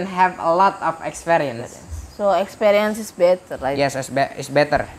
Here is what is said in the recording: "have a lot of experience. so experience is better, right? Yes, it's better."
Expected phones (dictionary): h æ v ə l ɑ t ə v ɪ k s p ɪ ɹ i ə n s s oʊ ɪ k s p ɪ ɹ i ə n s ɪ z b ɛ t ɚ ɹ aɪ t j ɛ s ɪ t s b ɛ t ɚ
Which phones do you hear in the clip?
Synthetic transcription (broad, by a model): h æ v ə l ɑ t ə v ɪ k s p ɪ ɹ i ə n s s oʊ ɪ k s p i ɹ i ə n s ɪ s b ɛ t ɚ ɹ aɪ j ɛ s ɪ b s b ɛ t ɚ